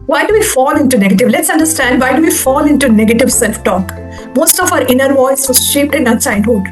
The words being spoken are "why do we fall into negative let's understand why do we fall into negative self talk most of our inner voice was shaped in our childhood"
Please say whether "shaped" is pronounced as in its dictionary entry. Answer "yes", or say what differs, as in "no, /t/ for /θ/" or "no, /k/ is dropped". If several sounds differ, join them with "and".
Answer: yes